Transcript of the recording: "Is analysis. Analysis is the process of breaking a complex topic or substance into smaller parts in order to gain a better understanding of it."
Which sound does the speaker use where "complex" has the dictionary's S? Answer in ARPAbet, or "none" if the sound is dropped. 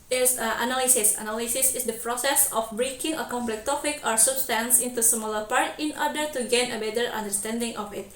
none